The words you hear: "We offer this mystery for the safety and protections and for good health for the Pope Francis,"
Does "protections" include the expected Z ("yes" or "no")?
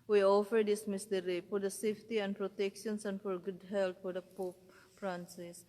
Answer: no